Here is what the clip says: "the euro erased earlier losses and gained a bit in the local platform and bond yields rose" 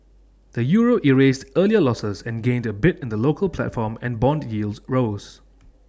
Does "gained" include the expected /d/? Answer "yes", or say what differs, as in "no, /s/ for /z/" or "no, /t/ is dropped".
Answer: yes